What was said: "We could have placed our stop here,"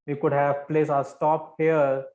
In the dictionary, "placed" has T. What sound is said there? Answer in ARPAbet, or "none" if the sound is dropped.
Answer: none